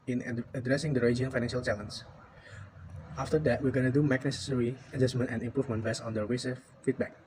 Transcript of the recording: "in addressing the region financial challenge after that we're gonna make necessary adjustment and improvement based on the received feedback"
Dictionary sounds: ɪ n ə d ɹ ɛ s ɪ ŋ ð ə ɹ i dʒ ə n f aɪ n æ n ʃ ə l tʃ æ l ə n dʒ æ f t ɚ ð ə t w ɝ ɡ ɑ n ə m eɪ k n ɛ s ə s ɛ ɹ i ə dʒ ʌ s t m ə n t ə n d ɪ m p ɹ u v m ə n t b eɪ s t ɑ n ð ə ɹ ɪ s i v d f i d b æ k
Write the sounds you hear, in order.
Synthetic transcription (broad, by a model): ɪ n ə d ɹ ɛ s ɪ ŋ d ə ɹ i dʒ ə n f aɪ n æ n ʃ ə l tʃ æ l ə n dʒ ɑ f t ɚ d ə t w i ɡ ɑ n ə m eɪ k n ɛ s ə s ɛ ɹ i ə dʒ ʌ s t m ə n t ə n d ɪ m p ɹ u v m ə n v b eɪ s ɑ n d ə w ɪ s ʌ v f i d b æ k